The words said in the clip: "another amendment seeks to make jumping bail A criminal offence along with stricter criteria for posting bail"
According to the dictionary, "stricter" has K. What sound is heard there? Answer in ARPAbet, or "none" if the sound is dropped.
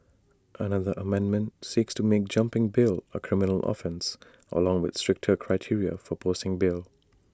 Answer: K